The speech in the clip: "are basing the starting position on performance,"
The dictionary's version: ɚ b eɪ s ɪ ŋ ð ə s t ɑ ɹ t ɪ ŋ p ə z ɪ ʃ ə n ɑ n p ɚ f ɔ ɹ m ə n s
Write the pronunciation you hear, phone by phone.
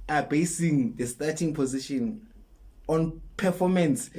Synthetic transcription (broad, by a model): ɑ b eɪ s ɪ ŋ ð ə s t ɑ t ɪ ŋ p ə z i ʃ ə n ɑ n p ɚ f ɔ m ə n s